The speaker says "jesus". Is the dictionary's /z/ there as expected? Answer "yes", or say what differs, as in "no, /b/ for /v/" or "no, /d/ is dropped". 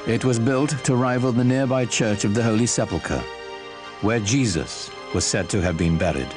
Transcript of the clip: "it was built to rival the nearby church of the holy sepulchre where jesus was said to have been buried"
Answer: yes